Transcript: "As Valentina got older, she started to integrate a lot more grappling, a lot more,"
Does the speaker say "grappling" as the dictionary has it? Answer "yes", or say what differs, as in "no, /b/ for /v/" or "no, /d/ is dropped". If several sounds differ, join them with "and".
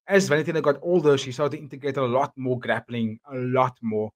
yes